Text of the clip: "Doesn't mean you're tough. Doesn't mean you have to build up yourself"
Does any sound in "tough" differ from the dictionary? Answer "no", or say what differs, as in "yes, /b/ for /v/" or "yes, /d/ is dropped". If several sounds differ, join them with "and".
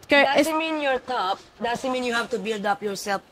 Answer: yes, /p/ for /f/